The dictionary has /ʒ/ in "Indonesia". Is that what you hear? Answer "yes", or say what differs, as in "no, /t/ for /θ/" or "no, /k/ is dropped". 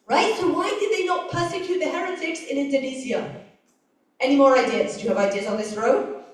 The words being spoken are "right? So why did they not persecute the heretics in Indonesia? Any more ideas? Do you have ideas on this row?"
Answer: no, /z/ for /ʒ/